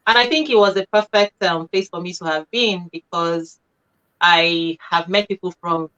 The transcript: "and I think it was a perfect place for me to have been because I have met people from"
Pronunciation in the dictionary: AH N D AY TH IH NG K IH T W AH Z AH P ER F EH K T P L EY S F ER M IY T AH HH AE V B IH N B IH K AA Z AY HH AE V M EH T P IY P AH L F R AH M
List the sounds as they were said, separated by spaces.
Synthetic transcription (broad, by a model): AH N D AY TH IH NG K IH T W AH Z AH P ER F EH K T P L EY S F ER M IY T AH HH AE V B IH N B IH K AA Z AY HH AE V M EH T P IY P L F R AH M